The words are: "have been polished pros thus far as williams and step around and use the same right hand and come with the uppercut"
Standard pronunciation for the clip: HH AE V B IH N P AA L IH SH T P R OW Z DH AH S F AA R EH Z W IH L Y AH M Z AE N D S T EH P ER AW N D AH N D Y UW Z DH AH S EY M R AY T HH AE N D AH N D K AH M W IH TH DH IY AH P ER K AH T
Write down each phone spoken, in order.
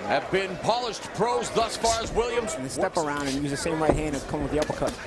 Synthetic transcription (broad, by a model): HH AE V B IH N P AA L IH SH T P R OW Z DH AH S F AA R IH Z W IH L Y AH M Z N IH S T EH P ER AW N D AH N Y UW Z DH AH S EY M R AY T HH AE N D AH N K AH M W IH DH IY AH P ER K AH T